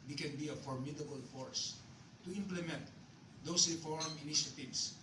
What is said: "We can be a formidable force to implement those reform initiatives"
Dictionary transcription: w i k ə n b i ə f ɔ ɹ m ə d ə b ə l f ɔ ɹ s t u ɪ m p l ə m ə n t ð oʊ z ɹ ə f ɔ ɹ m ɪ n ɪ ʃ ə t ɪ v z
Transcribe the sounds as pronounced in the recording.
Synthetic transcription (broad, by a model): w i k ə n b i ə f ɔ ɹ m ə d ə b ə l f ɔ ɹ s t u ɪ m p l ə m ə n t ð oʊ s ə f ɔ ɹ m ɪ n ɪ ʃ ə t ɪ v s